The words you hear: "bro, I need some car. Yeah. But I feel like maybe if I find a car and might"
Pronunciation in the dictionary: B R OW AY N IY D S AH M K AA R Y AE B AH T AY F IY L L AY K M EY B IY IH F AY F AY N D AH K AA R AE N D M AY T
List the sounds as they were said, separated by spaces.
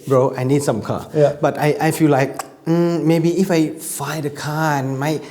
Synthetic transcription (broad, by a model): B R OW AY N IY D S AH M K AA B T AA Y T AY F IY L L AY K M EY B IY IH F AY F AY D AH K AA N M AY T